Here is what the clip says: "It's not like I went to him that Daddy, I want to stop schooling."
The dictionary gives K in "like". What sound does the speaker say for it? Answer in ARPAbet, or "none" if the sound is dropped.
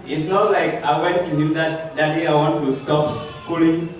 K